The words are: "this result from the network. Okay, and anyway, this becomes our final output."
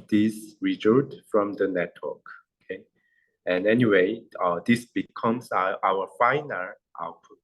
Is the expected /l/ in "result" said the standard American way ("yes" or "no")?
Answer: no